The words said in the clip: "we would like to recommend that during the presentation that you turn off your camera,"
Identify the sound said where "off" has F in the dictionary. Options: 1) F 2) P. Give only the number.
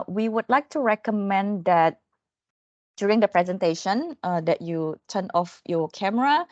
1